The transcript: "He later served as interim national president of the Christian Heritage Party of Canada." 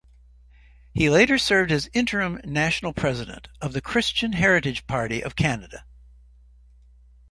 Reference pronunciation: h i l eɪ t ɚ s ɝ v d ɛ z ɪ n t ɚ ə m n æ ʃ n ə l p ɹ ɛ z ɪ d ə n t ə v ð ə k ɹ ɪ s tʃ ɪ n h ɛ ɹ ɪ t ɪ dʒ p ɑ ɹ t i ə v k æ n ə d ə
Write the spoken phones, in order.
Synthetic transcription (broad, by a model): h i l eɪ t ɚ s ɝ v d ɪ z ɪ n t ɚ ə m n æ ʃ n l p ɹ ɛ z ɪ d ə n t ə v ð ə k ɹ ɪ s tʃ ɪ n h ɛ ɹ ɪ t ɪ dʒ p ɑ ɹ t i ə v k æ n ə d ə